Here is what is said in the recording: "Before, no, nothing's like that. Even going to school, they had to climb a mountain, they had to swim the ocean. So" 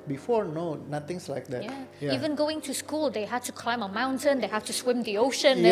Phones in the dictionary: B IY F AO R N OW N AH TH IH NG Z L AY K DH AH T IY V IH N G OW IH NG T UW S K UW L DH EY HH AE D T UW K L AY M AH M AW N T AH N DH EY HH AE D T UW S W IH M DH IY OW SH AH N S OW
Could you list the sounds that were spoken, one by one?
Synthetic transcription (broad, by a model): B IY F AO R N OW N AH T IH NG S L AY K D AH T IY V IH N G OW IH NG T UW S K UW L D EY HH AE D T UW K L AY M AH M AW N T AH N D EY HH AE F T UW S W IH M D IY OW SH AH N